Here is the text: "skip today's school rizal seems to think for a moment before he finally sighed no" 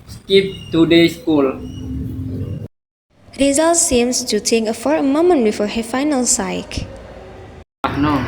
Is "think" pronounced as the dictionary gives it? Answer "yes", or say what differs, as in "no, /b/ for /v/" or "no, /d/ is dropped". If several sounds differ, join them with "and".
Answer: no, /t/ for /θ/ and /ŋ/ is dropped